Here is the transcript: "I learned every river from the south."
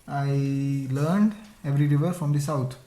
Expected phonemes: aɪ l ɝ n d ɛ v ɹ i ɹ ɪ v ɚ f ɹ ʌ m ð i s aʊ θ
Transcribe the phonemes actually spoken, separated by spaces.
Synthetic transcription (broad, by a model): aɪ l ɝ n d ɛ v ɹ i ɹ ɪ v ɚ f ɹ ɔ m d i s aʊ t